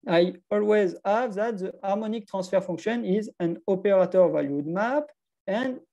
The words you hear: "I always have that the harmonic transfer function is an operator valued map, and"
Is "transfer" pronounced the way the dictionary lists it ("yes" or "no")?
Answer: no